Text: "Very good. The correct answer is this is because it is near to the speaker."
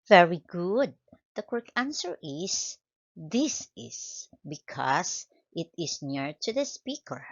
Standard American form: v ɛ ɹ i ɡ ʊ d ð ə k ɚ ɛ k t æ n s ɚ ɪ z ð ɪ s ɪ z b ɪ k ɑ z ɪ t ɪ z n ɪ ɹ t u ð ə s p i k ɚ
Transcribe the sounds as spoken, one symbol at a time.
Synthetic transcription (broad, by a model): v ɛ ɹ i ɡ ʊ d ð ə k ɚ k æ n s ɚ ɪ s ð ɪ s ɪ s b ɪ k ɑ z ɪ t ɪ s n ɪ ɹ t u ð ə s p i k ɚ